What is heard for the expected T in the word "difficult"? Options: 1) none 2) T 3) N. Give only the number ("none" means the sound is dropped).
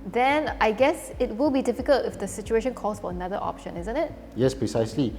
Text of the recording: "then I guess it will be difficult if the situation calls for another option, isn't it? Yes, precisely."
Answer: 2